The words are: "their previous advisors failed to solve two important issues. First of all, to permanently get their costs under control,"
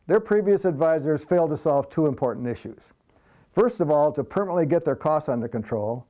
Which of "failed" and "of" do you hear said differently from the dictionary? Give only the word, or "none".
none